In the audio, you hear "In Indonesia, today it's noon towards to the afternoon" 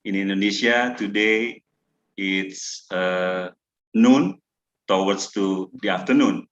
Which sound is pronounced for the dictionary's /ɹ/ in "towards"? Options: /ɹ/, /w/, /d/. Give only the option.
/w/